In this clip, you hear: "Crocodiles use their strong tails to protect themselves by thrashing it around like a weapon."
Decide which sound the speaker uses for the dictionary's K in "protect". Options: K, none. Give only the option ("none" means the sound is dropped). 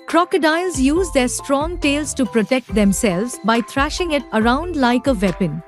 K